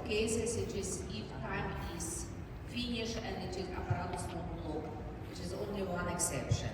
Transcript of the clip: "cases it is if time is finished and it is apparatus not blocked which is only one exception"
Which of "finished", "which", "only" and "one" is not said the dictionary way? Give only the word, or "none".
finished